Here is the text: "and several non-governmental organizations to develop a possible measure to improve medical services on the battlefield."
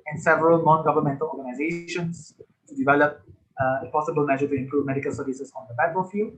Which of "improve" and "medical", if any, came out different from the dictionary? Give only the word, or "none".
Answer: none